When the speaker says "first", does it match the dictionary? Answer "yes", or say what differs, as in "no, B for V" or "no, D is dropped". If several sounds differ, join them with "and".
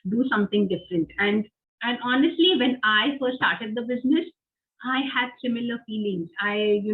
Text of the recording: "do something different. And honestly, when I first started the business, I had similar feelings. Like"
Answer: no, S is dropped